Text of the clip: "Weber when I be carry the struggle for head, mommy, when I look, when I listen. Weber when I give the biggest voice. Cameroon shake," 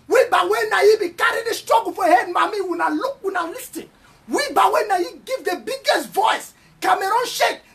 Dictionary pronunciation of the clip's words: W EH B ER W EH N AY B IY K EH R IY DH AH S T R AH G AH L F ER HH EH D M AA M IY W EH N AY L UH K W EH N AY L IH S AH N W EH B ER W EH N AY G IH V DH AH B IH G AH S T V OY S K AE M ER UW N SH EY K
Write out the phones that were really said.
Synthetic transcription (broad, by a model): W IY B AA W EH N AY B IY K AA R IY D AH S T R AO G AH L F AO HH EH D M AA M IY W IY N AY L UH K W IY N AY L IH S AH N W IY B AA W EH N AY G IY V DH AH B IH G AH S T V OY S K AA M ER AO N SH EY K